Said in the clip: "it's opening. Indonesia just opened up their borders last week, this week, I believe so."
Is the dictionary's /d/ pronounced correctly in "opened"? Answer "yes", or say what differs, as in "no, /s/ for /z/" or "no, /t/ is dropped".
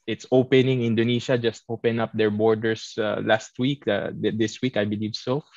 no, /d/ is dropped